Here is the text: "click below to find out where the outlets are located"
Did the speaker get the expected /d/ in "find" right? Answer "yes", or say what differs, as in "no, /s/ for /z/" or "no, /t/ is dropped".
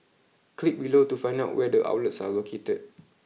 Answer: no, /d/ is dropped